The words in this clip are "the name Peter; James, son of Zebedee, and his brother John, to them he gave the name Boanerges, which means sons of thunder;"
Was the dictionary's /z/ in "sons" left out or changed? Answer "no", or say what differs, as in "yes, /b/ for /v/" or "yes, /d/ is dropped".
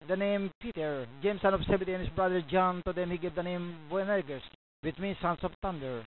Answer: yes, /s/ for /z/